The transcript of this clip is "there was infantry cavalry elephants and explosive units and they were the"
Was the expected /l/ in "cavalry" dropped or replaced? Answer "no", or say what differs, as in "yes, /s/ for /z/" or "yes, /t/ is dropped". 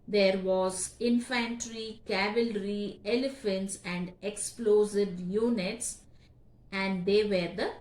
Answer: no